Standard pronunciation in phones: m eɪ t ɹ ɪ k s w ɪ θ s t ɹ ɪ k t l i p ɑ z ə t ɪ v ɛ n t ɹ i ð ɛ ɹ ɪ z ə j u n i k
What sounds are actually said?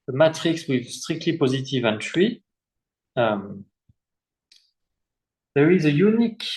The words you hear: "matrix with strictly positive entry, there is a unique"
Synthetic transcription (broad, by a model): m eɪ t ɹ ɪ k s w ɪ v s t ɹ ɪ k t l i p ɑ z ə t ɪ v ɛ n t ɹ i ð ɛ ɹ ɪ z ə j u n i k